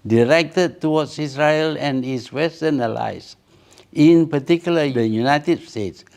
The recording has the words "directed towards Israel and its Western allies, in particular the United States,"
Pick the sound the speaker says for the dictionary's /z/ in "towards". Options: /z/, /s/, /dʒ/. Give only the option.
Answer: /s/